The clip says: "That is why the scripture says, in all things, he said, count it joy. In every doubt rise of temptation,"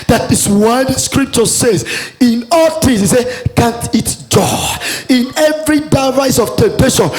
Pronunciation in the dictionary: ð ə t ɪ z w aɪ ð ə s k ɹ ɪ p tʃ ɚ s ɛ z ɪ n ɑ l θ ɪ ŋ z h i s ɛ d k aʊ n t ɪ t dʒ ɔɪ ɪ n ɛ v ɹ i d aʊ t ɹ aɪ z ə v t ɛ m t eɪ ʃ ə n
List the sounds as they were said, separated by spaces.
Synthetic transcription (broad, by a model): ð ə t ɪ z w aɪ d s k ɹ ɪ p tʃ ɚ s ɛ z ɪ n ɑ l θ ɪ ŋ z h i s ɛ k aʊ n t ɪ t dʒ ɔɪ ɪ n ɛ v ɹ i d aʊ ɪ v aɪ s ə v t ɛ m t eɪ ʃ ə n